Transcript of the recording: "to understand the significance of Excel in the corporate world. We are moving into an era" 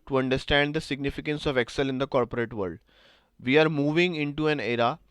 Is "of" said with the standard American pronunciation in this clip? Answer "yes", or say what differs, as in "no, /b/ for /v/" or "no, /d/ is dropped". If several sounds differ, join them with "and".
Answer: yes